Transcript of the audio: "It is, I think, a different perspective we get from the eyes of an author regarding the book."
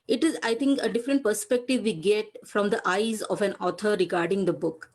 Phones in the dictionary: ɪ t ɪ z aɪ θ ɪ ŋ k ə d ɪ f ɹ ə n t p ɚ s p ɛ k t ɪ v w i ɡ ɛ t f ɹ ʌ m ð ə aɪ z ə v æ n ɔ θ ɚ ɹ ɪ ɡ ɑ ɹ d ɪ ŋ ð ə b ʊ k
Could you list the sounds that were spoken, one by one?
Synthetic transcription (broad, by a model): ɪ t ɪ z aɪ t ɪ ŋ k ə d ɪ f ɹ ə n t p ɚ s p ɛ k t ɪ v i ɡ ɛ t f ɹ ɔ m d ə aɪ z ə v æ n ɔ t ɚ ɹ ɪ ɡ ɑ ɹ d ɪ ŋ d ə b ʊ k